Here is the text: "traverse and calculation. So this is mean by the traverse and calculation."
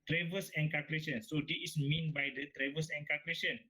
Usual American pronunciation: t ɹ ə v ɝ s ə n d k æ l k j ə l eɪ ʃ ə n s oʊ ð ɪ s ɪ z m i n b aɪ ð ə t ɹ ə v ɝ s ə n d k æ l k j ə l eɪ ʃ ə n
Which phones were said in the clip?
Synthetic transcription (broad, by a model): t ɹ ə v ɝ s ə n k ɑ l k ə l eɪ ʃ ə n s oʊ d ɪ ɪ s m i n b aɪ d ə t ɹ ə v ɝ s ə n k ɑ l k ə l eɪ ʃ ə n